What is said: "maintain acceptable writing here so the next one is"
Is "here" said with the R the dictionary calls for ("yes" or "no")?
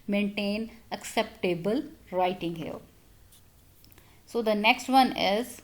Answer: no